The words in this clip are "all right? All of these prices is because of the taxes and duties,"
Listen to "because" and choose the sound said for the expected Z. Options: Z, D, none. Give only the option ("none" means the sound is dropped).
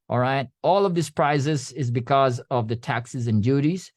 Z